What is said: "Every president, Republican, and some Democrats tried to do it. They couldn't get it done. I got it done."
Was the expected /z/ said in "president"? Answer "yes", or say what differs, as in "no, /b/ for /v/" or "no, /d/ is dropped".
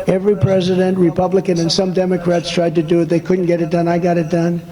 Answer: yes